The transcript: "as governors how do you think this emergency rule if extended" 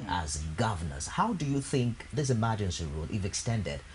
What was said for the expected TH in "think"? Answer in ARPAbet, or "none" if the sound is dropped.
TH